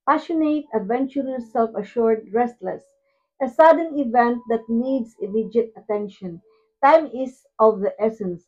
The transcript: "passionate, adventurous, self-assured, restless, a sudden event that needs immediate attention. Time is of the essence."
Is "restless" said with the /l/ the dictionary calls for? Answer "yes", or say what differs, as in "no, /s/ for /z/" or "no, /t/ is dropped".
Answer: yes